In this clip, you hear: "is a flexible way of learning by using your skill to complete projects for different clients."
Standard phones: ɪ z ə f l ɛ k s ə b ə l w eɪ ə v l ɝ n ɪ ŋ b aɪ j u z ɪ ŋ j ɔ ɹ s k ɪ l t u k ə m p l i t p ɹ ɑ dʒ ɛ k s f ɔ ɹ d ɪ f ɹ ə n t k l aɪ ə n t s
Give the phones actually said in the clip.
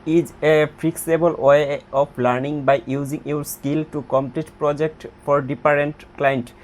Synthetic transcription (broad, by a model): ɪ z ə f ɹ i k s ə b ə l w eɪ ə p l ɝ n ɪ ŋ b aɪ j u z ɪ ŋ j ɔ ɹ s k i l t u k ə m p l i t p ɹ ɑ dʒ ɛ k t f ɔ ɹ d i p ɹ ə n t k l aɪ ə n t